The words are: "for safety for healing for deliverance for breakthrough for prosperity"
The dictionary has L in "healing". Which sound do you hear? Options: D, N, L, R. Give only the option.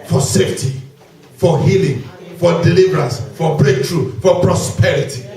L